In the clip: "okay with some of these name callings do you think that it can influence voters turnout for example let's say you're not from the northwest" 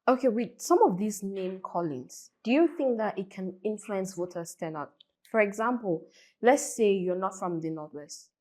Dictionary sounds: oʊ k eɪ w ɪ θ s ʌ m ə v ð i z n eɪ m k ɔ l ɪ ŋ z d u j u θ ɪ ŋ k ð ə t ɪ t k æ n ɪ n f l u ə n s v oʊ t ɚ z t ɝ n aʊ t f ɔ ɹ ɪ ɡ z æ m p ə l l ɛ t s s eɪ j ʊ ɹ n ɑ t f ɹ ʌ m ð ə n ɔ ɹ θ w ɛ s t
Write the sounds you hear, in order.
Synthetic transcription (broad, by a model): oʊ k eɪ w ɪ s ʌ m ə v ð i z n eɪ m k ɔ l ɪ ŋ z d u j u θ ɪ ŋ k ð ə t ɪ t k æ n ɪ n f l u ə n s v oʊ t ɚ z t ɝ n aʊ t f ɔ ɹ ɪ ɡ z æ m p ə l l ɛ t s s eɪ j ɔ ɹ n ɑ t f ɹ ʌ m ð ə n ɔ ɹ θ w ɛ s t